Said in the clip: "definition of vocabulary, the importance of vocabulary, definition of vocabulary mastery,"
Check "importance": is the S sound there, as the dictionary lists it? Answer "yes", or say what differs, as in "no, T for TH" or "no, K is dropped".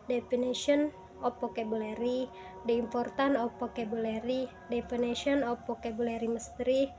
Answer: no, S is dropped